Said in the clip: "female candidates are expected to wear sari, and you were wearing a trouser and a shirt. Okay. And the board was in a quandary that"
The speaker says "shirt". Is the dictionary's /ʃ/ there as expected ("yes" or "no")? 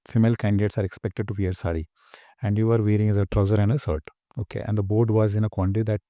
no